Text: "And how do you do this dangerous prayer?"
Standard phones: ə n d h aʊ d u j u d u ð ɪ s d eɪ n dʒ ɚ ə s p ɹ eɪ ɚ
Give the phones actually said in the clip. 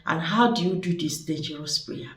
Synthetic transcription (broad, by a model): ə n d h aʊ d u j u d u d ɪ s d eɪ dʒ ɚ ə s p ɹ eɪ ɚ